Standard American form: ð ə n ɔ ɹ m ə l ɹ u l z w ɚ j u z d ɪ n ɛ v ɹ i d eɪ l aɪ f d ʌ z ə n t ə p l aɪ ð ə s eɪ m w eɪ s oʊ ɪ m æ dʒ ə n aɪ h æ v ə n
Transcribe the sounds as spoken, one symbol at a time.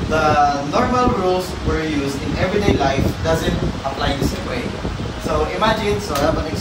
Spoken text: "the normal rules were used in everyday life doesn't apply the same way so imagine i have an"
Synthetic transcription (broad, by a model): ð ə n ɔ ɹ m ə l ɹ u l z w ɚ j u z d ɪ n ɛ v ɹ i d eɪ l aɪ f d ʌ z ə n t ə p l aɪ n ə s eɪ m w eɪ s oʊ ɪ m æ dʒ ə n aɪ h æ p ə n